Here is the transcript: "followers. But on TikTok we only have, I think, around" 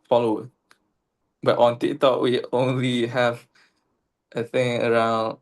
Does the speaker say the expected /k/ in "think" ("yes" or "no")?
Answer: no